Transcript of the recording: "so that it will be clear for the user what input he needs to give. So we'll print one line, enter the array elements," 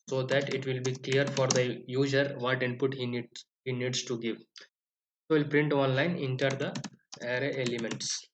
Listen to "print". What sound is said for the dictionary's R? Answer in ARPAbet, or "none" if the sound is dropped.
R